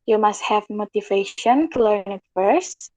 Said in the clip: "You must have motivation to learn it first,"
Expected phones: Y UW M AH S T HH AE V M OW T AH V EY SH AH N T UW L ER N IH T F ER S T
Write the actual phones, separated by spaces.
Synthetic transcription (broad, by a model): Y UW M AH S T HH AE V M OW T AH V EY SH AH N T UW L ER N IH T F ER S T